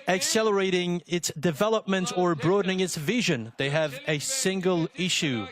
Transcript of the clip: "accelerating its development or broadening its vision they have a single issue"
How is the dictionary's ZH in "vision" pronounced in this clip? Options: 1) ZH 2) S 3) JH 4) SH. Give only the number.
1